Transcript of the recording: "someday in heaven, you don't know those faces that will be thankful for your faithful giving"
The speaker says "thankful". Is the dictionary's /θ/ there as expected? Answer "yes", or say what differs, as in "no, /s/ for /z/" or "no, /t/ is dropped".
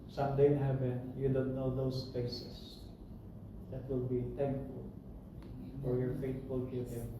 no, /t/ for /θ/